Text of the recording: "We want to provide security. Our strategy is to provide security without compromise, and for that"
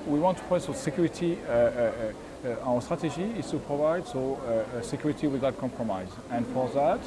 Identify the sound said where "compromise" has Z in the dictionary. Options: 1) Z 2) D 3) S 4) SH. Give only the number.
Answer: 1